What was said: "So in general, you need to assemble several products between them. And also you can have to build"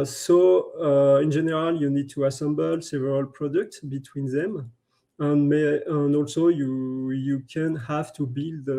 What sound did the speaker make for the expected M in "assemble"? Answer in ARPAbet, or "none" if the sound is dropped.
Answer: M